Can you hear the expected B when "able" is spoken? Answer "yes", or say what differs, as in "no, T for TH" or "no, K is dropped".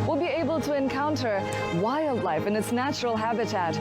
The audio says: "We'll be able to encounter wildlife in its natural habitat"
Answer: yes